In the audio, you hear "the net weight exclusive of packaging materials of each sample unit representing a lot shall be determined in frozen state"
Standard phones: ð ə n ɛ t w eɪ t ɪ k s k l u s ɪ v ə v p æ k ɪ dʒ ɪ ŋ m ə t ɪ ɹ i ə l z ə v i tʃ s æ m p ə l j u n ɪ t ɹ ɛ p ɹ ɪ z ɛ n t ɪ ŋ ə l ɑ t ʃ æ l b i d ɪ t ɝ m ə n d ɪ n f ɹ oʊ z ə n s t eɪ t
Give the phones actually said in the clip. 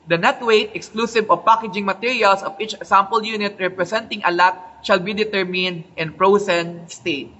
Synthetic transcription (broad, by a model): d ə n ɛ t w eɪ t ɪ k s k l u s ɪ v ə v p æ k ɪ dʒ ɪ ŋ m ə t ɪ ɹ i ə l s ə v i tʃ s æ m p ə l j u n ɪ t ɹ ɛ p ɹ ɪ s ɛ n t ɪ ŋ ə l ɑ t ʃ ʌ l b i d ɪ t ɝ m ə n d ɪ n p ɹ oʊ s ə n s t eɪ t